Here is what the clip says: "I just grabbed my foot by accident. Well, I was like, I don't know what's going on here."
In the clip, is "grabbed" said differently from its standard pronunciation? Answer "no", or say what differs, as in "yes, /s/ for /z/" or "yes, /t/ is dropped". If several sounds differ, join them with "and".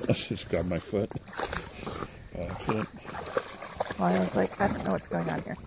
yes, /ɹ/ is dropped